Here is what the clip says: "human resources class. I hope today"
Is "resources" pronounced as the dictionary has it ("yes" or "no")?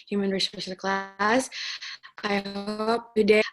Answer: no